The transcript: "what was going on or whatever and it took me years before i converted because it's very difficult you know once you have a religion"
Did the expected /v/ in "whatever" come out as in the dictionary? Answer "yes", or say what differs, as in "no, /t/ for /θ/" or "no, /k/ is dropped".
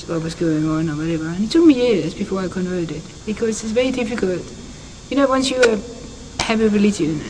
yes